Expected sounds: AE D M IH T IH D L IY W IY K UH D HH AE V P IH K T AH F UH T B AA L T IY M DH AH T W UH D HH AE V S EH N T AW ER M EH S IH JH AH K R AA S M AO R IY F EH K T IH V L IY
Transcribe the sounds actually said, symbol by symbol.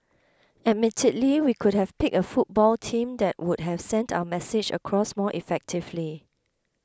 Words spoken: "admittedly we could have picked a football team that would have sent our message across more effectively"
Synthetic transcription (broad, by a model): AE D M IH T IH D L IY W IY K UH D HH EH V P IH K AH F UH T B AA L T IY M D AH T W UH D HH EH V S EH N T AW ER M EH S IH JH AH K R AA S M AO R IY F EH K T IH V L IY